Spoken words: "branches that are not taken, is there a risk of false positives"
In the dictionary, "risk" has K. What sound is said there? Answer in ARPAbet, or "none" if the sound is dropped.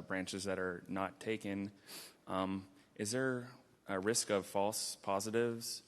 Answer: K